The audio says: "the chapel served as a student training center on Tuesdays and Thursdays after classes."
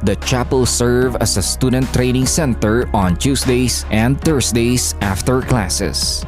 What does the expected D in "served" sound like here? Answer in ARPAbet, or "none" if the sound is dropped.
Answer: none